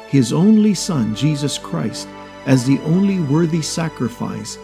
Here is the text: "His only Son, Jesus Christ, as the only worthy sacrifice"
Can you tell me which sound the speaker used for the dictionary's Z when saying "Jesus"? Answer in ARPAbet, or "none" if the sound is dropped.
Z